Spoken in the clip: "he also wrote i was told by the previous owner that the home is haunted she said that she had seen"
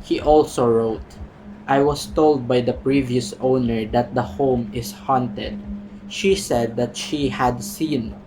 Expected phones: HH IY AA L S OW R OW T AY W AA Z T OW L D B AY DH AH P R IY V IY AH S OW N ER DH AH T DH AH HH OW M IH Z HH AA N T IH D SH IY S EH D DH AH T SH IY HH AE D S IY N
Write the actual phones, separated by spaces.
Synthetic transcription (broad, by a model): HH IY AA L S OW R OW T AY W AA S T OW L D B AY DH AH P R IY V IY AH S OW N ER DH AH T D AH HH OW M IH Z HH AA N T IH D SH IY S EH D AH T SH IY HH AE D S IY N